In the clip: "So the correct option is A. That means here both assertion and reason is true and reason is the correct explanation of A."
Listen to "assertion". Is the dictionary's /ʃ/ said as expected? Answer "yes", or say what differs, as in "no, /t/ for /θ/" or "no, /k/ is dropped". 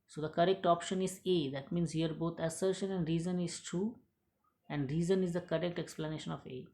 yes